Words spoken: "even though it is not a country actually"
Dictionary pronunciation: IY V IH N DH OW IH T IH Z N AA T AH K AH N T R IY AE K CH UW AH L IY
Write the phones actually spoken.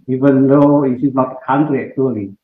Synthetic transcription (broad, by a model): IY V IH N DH OW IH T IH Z L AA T AH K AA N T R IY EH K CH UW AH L IY